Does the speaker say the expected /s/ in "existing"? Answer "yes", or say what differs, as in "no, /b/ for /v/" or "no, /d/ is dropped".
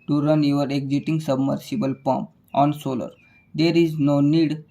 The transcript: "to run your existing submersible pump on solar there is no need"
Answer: no, /s/ is dropped